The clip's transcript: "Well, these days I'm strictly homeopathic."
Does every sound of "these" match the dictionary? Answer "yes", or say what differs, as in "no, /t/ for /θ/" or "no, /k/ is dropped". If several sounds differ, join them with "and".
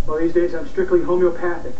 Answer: yes